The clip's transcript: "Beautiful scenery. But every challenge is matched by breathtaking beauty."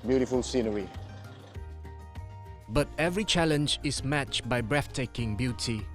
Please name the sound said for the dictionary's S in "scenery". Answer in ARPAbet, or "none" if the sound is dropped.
S